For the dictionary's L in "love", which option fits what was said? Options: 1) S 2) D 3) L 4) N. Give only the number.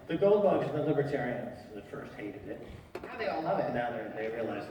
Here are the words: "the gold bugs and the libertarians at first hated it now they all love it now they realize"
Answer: 4